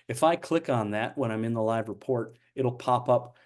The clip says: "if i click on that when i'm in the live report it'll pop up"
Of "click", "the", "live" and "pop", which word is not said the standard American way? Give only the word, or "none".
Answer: none